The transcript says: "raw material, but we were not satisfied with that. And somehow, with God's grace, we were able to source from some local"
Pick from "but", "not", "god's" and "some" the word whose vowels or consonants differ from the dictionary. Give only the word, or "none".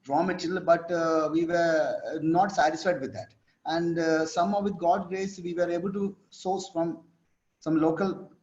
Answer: god's